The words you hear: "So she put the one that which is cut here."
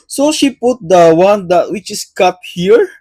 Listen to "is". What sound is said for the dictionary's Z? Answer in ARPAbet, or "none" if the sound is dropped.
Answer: S